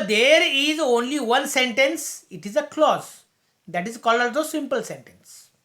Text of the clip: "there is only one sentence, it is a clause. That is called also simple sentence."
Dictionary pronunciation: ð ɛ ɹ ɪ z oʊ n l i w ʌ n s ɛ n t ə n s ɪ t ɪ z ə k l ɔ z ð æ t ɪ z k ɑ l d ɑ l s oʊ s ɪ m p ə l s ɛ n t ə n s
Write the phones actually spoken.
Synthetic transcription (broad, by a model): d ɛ ɹ ɪ z oʊ n l i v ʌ n s ɛ n t ə n s ɪ t ɪ z ə k l ɔ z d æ t ɪ z k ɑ l ɑ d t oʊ s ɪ m p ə l s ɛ n t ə n s